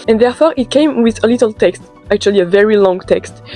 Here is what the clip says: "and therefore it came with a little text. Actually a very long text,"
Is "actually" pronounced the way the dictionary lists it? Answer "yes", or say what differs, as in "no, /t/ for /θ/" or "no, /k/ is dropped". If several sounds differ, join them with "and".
yes